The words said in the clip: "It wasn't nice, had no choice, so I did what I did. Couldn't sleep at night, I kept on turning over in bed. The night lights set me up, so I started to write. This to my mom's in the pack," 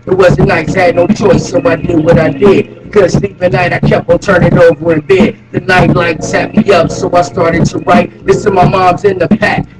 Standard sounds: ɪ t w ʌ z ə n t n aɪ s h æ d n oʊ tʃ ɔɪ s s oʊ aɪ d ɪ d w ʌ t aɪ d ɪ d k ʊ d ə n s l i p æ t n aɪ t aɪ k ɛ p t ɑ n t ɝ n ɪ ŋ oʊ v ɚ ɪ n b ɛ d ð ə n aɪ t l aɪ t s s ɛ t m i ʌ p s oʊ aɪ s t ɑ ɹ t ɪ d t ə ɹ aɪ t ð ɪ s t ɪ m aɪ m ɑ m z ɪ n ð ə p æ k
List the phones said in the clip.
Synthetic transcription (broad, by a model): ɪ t w ʌ z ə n n aɪ s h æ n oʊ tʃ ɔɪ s s oʊ aɪ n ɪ w ʌ t aɪ d ɪ d k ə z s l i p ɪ n aɪ t aɪ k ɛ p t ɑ l t ɝ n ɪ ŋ oʊ v ɚ ɪ n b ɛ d ð ə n aɪ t l aɪ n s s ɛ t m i ʌ p s oʊ aɪ s t ɑ ɹ t ɪ d t ə ɹ aɪ t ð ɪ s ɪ m aɪ m ɑ m z ɪ n ð ə p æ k